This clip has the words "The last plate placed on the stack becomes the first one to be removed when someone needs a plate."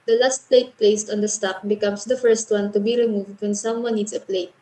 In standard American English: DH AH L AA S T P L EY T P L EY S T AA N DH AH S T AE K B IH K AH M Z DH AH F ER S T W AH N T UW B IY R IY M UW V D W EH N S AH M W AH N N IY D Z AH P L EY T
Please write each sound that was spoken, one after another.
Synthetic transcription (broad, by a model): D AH L AA S T P L EY T P L EY S T AA N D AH S T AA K B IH K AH M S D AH F ER S T W AH N T UW B IY R IY M UW V D W EH N S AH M W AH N N IY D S AH P L EY T